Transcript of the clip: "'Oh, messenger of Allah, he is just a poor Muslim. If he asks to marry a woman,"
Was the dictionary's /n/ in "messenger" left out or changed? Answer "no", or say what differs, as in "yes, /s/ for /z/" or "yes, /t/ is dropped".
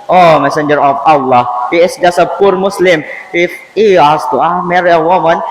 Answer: no